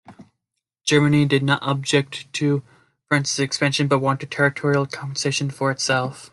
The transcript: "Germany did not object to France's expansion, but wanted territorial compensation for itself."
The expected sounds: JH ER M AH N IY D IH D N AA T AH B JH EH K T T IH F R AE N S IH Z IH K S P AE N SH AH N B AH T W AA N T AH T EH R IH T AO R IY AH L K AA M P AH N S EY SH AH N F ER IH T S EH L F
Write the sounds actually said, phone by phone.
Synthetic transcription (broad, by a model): JH ER M AH N IY D IH D N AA T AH B JH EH K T T IH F R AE N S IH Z IH K S P AE N SH AH N B AH T W AA N T AH T EH R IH T AO R IY L K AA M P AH N S EY SH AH N F ER IH T S EH L F